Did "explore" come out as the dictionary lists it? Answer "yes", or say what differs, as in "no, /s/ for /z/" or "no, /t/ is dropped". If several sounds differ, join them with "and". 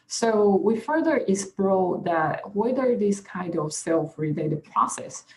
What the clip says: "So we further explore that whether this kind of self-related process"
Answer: no, /k/ is dropped